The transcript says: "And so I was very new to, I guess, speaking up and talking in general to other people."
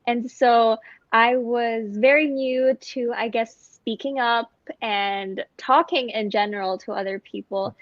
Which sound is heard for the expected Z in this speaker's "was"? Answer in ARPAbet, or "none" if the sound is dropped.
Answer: Z